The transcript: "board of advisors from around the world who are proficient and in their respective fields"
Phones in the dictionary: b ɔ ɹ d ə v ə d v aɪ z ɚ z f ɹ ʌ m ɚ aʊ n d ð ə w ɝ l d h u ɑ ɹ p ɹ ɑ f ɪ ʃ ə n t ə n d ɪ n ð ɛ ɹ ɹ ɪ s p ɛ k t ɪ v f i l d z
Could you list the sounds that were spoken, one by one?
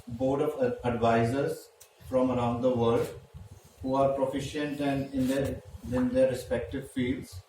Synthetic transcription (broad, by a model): b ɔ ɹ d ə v ə d v aɪ z ɚ z f ɹ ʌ m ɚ aʊ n d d ə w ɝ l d h u ɑ ɹ p ɹ ɑ f ɪ ʃ ə n t ə n d ɪ n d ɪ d ɹ ɪ s p ɛ k t ɪ v f i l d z